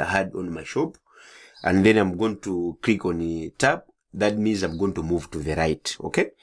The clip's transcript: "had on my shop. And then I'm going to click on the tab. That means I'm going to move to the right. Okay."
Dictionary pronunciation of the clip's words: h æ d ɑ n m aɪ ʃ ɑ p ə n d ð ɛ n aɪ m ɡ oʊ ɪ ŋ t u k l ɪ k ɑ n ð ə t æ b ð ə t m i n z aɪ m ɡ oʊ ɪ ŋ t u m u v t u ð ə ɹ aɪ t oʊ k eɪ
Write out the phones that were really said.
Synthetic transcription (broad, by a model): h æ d ɑ n m aɪ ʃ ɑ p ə n ð ɛ n aɪ m ɡ oʊ ɪ ŋ t u k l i k ɑ n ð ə t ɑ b ð ə t m i n z aɪ m ɡ oʊ ɪ ŋ t u m u v t u ð ə ɹ aɪ t oʊ k eɪ